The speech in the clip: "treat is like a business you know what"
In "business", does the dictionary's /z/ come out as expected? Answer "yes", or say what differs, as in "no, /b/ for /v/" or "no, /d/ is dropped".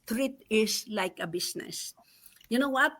no, /s/ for /z/